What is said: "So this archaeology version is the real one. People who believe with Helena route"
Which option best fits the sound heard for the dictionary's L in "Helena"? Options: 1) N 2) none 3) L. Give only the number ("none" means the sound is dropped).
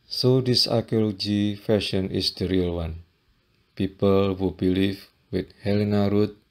3